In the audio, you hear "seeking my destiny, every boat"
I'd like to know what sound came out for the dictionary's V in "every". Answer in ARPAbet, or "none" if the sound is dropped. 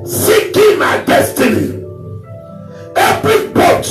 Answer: P